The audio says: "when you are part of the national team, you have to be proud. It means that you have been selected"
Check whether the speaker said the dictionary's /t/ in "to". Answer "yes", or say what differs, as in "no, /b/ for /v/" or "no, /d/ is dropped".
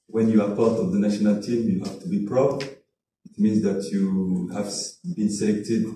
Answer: yes